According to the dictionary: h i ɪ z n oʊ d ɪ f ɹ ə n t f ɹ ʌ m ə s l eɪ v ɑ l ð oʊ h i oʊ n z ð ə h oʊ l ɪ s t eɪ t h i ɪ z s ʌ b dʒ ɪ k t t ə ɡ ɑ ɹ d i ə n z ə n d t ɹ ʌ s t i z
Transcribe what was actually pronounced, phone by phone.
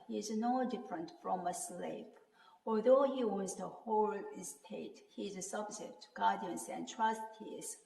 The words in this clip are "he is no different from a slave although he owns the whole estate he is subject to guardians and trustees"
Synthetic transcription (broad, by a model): h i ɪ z n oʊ d ɪ f ɹ ə n t f ɹ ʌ m ə s l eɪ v ɑ l ð oʊ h i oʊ z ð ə h oʊ l ɪ s t eɪ t h i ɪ s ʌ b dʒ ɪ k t t ə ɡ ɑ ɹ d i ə n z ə n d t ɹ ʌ s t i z